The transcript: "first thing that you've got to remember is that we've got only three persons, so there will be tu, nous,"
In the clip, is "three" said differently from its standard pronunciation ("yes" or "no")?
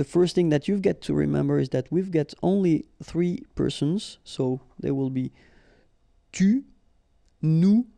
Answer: no